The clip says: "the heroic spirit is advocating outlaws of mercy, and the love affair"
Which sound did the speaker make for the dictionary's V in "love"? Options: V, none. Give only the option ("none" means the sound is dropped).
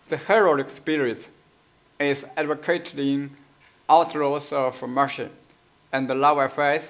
none